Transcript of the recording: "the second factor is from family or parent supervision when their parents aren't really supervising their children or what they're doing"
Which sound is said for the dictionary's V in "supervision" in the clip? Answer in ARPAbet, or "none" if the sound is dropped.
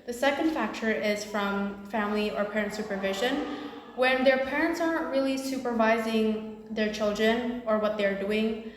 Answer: V